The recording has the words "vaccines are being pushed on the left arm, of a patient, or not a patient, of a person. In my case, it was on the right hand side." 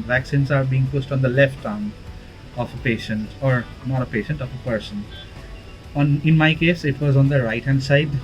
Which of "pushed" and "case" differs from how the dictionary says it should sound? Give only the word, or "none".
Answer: pushed